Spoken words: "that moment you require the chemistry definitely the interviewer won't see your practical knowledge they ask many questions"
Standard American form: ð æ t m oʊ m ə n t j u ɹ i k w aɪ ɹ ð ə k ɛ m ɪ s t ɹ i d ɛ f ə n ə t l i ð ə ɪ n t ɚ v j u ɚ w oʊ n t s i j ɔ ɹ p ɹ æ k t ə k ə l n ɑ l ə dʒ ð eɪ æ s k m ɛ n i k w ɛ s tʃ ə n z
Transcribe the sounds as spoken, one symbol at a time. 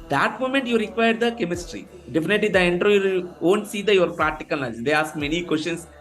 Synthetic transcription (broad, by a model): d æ t m oʊ m ə n t j u ɹ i k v aɪ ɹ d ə k ɛ m ɪ s t ɹ i d ɛ f ə n ə t l i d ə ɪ n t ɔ j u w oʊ n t s i j ɔ ɹ p ɹ æ k t ə k ə l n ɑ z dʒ eɪ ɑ s k m ɛ n i k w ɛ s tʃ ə n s